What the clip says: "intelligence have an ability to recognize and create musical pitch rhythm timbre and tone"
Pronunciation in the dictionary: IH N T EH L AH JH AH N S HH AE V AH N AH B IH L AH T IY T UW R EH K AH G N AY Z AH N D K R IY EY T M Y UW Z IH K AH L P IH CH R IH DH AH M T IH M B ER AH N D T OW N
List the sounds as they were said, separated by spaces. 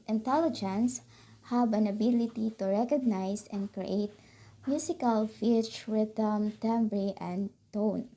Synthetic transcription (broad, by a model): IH N T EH L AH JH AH N S HH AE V AH N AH B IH L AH T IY T UW R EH K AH G N AY S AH N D K R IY EY T M Y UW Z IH K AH L F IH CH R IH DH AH M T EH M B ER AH N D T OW N